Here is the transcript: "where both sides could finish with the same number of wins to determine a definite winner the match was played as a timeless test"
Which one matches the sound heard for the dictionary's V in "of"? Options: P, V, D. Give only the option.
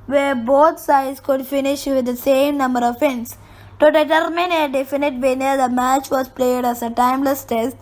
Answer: V